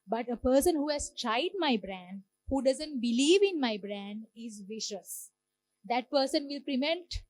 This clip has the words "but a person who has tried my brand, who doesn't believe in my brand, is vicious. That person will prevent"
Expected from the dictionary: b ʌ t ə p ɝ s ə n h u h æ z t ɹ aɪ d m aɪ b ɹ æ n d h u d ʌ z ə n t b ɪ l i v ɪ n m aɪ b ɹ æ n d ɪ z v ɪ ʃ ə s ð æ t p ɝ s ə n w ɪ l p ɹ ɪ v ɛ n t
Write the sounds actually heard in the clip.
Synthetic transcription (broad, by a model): b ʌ t ə p ɝ s ə n h u h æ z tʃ aɪ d m aɪ b ɹ æ n d h u d ʌ z ə n t b ɪ l i v ɪ n m aɪ b ɹ æ n d ɪ z v ɪ ʃ ə s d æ t p ɝ s ə n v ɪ l p ɹ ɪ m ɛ n t